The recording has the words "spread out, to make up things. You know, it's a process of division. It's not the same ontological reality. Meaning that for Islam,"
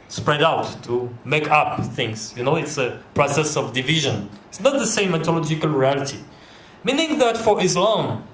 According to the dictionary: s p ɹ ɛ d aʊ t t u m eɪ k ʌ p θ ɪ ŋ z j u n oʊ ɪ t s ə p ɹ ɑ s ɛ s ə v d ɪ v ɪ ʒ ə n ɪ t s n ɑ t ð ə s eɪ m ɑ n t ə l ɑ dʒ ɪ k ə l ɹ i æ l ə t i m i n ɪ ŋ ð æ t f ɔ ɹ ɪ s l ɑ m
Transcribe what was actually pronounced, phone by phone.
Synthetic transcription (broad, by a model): s p ɹ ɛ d aʊ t t u m eɪ k ʌ p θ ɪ ŋ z j u n oʊ ɪ t s ə p ɹ ɑ s ɛ s ə v d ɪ v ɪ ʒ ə n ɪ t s n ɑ t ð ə s eɪ m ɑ t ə l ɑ dʒ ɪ k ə l ɹ i æ l ə t i m i n ɪ ŋ ð æ t f ɔ ɹ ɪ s l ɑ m